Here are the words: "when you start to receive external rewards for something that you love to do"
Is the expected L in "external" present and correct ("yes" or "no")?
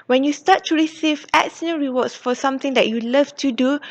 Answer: no